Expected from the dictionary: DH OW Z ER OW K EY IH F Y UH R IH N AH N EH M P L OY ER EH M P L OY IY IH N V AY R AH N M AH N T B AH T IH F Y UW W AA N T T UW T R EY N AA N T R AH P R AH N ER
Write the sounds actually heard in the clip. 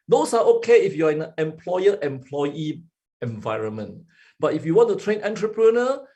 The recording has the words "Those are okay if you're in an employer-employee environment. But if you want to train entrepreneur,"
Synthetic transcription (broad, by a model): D OW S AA OW K EY IH F Y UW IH AH N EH M P L OY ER EH M P L OY IY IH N V AY R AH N M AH N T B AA T IH F Y UW W AA N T T UW T R EY N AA N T R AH P R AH N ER